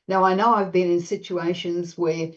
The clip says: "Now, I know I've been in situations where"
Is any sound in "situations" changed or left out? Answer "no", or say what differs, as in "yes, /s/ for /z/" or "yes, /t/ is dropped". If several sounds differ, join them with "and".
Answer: no